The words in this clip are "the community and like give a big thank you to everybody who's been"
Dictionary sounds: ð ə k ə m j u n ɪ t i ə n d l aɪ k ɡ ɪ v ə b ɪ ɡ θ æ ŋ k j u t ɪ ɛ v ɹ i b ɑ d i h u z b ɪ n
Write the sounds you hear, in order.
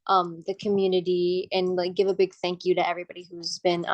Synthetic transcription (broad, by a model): ð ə k ə m j u n ɪ t i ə n l aɪ k ɡ ɪ v ə b ɪ ɡ θ æ ŋ k j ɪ t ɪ ɛ v ɹ i b ɑ d i h u z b ɪ n